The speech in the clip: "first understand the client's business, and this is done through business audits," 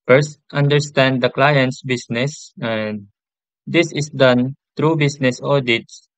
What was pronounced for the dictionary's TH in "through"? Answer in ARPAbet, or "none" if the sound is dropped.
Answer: T